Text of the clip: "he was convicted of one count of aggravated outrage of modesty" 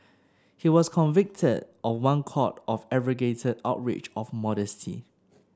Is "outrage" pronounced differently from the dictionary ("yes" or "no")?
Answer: yes